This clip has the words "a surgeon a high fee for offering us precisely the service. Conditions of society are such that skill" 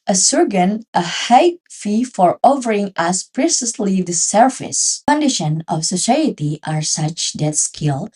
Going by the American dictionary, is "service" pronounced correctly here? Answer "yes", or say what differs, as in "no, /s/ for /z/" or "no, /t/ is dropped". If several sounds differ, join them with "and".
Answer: no, /f/ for /v/